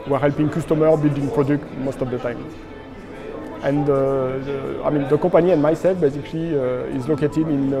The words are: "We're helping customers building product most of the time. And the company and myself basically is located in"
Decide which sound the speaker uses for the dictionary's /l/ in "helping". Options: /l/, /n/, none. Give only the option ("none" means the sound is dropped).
/l/